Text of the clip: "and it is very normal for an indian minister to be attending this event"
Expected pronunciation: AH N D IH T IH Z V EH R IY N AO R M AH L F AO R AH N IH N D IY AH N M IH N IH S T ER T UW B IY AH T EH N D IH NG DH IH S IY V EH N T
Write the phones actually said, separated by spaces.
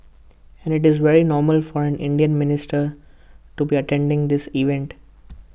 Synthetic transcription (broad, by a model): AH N D IH T IH Z V EH R IY N AO R M AH L F AO R AH N IH N D IY AH N M IH N IH S T ER T UW B IY AH T EH N D IH NG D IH S IY V EH N T